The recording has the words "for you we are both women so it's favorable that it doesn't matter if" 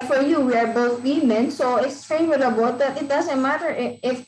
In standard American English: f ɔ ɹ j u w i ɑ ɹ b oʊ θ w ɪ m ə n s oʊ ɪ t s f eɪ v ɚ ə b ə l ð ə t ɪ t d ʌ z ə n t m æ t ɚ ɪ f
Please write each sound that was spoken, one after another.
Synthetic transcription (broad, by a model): f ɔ ɹ j u w i ɑ ɹ b oʊ θ w ɪ m ə n s oʊ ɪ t s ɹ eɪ w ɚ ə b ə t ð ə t ɪ t d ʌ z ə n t m æ t ɚ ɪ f